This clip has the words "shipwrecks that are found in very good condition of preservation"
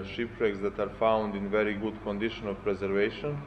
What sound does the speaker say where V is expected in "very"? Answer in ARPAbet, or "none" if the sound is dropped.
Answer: V